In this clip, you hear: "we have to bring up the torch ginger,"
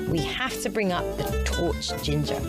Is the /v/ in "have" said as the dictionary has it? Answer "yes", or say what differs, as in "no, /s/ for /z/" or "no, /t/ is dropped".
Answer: no, /f/ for /v/